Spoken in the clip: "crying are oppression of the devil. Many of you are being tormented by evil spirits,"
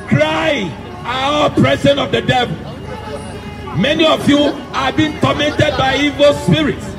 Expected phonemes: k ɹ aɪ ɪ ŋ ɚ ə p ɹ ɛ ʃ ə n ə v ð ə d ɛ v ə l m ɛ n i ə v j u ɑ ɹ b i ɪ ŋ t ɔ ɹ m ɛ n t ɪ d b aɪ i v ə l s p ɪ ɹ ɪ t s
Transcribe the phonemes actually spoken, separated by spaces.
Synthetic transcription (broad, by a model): k ɹ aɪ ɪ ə p ɹ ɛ s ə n ə v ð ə d ɛ v ə l m ɛ n i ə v j u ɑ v b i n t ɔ m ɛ n t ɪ d b aɪ i v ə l s p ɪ ɹ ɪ t s